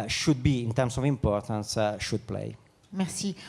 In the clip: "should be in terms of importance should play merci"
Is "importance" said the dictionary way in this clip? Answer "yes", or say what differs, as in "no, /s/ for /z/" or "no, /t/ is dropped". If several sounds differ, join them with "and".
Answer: yes